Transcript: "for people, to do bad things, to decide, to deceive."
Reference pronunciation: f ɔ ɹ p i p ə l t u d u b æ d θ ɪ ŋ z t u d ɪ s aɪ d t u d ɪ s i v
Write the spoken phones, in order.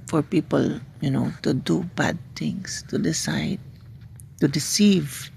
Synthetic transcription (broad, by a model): f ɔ ɹ p i p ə l t u d u b æ d t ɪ ŋ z t u d ɪ s aɪ d t u d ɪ s i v